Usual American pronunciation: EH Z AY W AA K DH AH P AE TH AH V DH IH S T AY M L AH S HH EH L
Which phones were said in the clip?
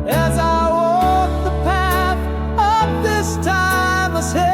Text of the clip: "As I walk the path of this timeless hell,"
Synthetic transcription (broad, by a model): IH Z AY W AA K DH AH P AE TH AH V DH IH S T AY M AH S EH